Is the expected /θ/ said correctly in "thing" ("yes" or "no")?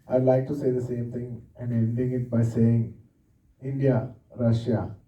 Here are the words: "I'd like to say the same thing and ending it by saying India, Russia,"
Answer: no